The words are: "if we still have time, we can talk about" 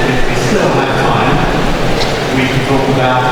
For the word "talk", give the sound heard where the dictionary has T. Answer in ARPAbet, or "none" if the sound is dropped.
T